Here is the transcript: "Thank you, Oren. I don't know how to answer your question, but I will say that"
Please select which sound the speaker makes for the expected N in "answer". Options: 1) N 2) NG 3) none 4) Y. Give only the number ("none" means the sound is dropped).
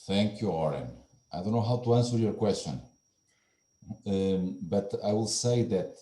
1